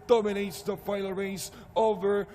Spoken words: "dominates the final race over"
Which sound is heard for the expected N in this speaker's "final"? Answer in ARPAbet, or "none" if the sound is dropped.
none